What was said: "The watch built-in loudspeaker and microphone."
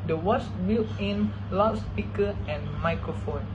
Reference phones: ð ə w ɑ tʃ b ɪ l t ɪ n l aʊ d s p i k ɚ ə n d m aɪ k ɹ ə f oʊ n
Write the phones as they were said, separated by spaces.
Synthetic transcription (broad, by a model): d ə w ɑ s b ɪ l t ɪ n l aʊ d s p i k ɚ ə n m aɪ k ɹ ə f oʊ n